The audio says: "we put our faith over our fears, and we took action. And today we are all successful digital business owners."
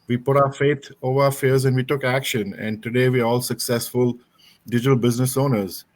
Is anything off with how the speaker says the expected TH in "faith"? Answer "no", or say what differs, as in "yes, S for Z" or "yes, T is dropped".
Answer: yes, T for TH